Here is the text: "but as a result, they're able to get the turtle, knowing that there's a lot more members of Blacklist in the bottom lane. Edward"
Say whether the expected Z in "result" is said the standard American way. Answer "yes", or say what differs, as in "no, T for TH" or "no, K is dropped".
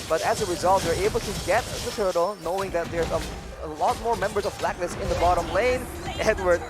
yes